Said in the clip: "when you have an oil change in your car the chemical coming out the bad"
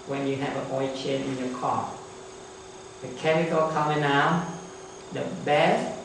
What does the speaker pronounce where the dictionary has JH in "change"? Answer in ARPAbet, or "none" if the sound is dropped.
none